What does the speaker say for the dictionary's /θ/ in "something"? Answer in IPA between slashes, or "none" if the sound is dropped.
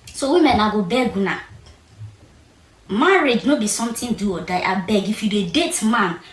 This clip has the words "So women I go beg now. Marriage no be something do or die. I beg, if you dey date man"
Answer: /t/